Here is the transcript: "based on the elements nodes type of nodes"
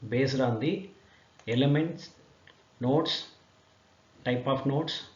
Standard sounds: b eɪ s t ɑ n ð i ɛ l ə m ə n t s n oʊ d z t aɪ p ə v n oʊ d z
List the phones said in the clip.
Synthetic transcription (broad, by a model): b eɪ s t ɑ n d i ɛ l ə m ə n t s n oʊ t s t aɪ p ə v n oʊ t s